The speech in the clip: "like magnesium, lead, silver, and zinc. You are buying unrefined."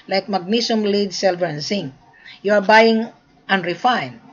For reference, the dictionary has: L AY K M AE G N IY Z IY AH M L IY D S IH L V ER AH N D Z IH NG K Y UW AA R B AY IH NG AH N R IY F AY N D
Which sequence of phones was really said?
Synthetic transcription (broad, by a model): L AY K M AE G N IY S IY M L IY D S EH L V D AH N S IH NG Y UW AA R B AY IH NG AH N R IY F AY N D